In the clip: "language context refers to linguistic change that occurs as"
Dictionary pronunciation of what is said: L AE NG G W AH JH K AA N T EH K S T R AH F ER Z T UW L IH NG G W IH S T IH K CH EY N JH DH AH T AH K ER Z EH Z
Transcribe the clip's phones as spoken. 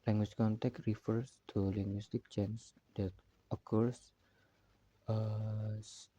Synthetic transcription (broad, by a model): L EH NG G W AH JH K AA N T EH K T R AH F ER S T UW L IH NG G W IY S T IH K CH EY N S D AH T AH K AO S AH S